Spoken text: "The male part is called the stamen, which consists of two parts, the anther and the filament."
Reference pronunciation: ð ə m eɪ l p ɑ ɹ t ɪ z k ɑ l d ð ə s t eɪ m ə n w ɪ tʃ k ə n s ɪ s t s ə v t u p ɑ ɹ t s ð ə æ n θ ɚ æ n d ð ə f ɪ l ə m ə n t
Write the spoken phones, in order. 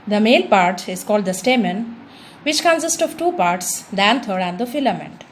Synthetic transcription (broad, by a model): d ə m eɪ n p ɑ ɹ t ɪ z k ɑ l d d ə s t eɪ m ə n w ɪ tʃ k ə n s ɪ s t ə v t u p ɑ ɹ t s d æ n t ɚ æ n d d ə f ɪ l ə m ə n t